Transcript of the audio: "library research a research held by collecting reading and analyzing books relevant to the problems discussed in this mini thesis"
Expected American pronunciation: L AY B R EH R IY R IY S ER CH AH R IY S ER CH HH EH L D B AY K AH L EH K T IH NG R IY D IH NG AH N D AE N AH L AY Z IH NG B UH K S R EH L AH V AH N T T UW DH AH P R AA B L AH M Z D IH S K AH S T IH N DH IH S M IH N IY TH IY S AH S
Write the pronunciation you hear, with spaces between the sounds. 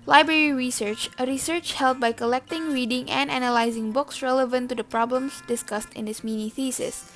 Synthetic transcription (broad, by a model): L AY B R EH R IY R IY S ER CH AH R IY S ER CH HH EH L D B AY K AH L EH K T IH NG R IY D IH NG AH N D AE N AH L AY Z IH NG B UH K S R EH L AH V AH N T T UW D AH P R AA B L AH M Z D IH S K AH S T IH N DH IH S M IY N IY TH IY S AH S